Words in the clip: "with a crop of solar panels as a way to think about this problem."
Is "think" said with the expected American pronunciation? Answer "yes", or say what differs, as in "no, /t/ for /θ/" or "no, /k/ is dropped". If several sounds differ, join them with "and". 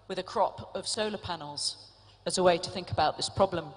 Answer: yes